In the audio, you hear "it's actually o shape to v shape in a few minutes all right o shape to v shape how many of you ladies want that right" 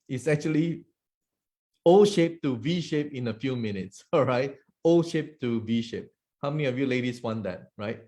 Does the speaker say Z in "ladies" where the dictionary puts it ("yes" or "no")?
no